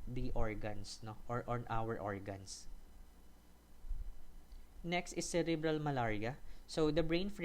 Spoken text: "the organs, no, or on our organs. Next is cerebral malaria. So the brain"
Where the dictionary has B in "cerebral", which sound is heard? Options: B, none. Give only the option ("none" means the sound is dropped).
B